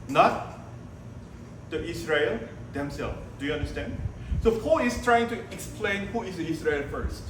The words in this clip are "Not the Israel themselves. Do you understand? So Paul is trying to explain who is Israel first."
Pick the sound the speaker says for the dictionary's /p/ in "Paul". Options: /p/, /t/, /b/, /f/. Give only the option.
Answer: /f/